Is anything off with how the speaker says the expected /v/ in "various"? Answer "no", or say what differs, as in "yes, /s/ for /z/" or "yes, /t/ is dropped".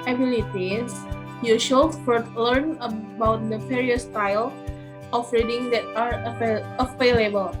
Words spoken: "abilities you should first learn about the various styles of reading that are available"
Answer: yes, /p/ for /v/